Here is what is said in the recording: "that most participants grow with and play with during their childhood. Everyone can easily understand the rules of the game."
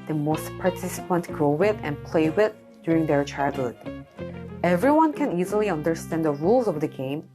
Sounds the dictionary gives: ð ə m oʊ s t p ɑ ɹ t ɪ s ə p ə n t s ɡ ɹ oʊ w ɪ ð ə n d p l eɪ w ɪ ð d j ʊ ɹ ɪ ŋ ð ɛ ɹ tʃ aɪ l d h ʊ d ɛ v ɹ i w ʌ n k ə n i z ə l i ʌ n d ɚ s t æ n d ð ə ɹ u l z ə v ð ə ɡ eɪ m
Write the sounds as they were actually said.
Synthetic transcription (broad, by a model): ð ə m oʊ s t p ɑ ɹ t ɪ s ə p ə n t ɡ ɹ oʊ w ɪ ð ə n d p l eɪ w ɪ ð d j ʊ ɹ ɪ ŋ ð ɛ ɹ tʃ aɪ l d h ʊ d ɛ v ɹ i w ʌ n k ə n i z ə l i ʌ n d ɚ s t æ n d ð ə ɹ u l z ə v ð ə ɡ eɪ m